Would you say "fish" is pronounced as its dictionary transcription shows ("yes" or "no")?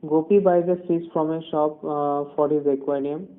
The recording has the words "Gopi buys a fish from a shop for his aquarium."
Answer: no